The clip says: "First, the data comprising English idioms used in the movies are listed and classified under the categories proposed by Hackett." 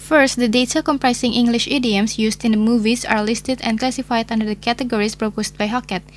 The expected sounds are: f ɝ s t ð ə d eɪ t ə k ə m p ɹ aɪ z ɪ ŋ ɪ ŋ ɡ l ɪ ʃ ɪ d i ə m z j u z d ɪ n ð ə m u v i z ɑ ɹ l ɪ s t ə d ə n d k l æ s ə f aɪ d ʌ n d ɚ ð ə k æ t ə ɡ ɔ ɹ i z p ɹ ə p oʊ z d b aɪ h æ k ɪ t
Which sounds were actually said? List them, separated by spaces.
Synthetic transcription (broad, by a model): f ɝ s t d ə d eɪ t ə k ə m p ɹ aɪ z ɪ ŋ ɪ ŋ ɡ l ɪ ʃ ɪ d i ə m s j u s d ɪ n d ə m u v i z ɑ ɹ l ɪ s t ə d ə n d k l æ s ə f aɪ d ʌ n d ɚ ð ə k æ t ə ɡ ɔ ɹ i s p ɹ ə p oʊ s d b aɪ h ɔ k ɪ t